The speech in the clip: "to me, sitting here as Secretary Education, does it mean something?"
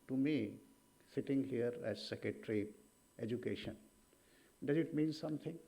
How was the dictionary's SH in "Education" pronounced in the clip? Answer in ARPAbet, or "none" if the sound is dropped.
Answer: SH